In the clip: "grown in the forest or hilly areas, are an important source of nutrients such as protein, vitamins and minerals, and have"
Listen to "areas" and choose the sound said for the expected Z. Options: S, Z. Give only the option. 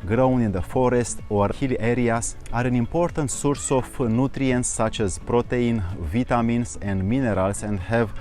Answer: S